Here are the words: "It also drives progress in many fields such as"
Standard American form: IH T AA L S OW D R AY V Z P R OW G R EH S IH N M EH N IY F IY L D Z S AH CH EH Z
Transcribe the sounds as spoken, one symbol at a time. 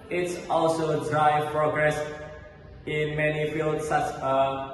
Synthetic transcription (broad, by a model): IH T AA L S OW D R AY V P R OW G R EH S IH N M EH N IY F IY L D S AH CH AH